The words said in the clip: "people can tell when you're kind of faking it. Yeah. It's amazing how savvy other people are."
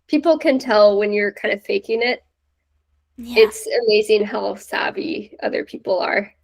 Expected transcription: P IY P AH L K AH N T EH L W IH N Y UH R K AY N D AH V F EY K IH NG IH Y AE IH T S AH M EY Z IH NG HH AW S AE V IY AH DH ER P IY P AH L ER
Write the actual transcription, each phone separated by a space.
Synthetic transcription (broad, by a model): P IY P L K AH N T EH L W IH N Y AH R K AY N D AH F EY K IH NG IH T IH T S AH M EY Z IH NG HH AW S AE B IY AH DH ER P IY P L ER